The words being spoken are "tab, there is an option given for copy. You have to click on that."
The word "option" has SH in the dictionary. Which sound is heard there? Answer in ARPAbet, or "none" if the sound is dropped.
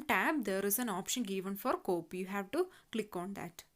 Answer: SH